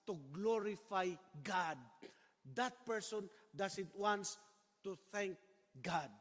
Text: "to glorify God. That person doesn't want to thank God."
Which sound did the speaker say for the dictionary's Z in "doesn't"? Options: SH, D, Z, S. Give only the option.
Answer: S